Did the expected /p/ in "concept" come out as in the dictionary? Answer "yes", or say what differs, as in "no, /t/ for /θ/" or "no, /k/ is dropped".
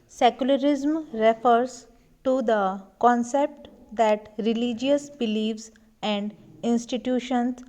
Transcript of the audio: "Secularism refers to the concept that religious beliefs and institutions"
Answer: yes